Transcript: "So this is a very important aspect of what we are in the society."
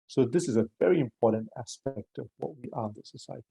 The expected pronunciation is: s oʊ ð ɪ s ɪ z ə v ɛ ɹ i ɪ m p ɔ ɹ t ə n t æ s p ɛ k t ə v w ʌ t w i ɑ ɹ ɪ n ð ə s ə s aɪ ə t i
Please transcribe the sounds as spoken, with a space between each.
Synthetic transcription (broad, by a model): s oʊ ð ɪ s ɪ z ə v ɛ ɹ i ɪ m p ɔ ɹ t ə n t æ s p ɛ k t ə v w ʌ t w i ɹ ɪ n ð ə s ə s aɪ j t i